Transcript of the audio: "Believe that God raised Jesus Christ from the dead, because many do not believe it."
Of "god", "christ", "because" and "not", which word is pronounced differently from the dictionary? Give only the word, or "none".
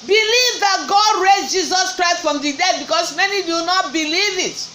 because